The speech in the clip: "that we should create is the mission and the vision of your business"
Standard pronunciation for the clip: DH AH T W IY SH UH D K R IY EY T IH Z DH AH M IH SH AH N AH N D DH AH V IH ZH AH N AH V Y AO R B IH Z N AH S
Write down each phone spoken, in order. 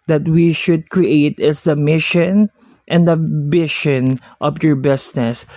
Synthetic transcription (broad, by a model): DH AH T W IY SH UH D K R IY EY T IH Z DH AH M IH SH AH N AH N D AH B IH SH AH N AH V Y AO R B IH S N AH S